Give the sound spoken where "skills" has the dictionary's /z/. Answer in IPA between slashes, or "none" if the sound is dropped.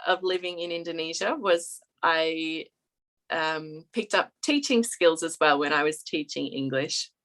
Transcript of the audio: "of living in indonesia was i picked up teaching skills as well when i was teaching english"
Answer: /z/